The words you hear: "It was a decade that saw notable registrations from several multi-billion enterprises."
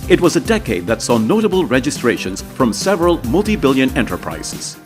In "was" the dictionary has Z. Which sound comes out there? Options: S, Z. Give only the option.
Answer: Z